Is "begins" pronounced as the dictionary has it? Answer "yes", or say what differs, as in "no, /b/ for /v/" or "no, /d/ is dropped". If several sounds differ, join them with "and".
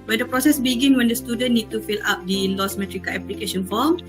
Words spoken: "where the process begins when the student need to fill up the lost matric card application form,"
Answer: no, /z/ is dropped